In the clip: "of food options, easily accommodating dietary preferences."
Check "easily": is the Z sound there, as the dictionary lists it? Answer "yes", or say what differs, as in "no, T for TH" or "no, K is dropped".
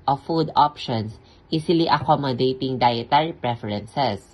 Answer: no, S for Z